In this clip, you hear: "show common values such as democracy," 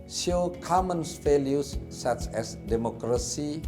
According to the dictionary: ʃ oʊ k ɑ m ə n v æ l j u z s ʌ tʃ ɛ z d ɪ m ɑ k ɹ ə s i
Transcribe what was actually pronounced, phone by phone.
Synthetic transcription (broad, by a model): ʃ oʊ k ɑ m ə n f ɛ l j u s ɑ tʃ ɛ s d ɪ m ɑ k ɹ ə s i